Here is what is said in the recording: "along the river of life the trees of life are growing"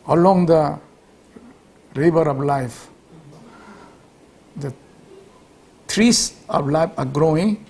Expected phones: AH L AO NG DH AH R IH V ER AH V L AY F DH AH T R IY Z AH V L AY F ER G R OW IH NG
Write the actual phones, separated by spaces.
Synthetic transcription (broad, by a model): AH L AO NG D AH R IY B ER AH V L AY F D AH T R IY S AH P L AY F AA G R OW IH NG